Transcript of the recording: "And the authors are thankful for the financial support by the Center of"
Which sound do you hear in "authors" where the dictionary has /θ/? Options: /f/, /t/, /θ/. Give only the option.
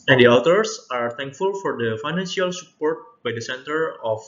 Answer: /t/